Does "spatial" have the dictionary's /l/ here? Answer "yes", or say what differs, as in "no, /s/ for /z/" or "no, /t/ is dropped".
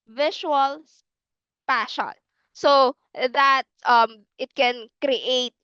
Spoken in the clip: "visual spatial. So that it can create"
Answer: no, /n/ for /l/